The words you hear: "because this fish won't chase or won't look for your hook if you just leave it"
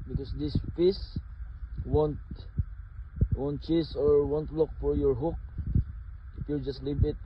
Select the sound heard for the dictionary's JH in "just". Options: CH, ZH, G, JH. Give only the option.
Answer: JH